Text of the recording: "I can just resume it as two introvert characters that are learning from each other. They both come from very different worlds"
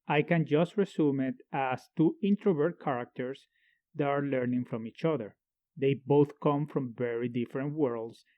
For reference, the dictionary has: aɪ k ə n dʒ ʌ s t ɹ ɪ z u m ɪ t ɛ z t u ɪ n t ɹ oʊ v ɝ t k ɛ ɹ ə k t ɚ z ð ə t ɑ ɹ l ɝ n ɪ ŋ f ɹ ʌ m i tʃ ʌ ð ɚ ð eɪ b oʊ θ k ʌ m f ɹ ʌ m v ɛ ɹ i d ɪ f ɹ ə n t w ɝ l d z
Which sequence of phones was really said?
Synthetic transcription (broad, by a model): aɪ k ə n dʒ ʌ s t ɹ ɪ s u m ɪ t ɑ s t u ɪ n t ɹ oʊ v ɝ t k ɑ ɹ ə k t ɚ s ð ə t ɑ ɹ l ɝ n ɪ ŋ f ɹ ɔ m i tʃ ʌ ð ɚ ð eɪ b oʊ θ k ʌ m f ɹ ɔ m v ɛ ɹ i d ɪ f ɹ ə n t w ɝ l d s